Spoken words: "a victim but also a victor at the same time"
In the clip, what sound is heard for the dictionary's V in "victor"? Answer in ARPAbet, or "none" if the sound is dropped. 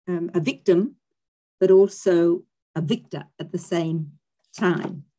V